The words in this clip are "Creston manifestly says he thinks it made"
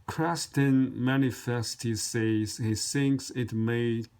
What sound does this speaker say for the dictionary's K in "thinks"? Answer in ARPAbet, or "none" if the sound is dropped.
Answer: K